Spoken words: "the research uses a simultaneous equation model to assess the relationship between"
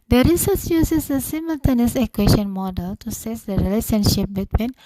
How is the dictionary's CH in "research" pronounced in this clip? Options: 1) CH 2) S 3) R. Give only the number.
2